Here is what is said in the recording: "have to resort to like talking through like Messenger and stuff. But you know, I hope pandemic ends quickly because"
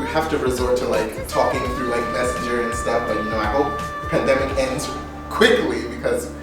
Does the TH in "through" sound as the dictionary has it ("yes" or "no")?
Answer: yes